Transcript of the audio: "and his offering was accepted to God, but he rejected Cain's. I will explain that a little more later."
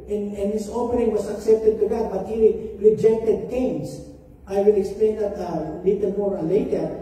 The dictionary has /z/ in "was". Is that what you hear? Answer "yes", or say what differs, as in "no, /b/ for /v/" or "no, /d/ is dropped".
no, /s/ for /z/